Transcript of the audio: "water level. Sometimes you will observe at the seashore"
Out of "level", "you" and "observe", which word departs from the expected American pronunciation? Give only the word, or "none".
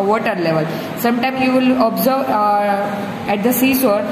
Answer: none